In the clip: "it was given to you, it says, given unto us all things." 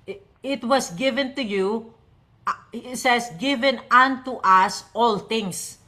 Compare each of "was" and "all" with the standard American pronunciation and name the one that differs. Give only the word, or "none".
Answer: was